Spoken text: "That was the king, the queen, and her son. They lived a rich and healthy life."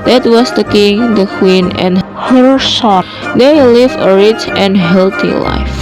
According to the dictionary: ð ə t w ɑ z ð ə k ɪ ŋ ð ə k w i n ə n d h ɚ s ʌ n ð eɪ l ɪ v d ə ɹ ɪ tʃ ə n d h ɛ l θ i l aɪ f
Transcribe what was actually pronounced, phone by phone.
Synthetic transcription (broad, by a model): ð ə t w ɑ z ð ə k ɪ ŋ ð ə k w i n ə n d h ɚ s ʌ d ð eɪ l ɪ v ə ɹ ɪ tʃ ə n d h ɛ l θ i l aɪ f